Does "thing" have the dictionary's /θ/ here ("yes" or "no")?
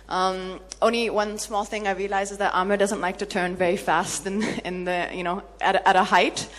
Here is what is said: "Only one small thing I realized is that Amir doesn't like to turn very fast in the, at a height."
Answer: yes